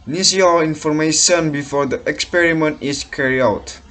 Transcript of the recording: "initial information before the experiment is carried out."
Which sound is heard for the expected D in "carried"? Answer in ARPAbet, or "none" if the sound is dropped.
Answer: none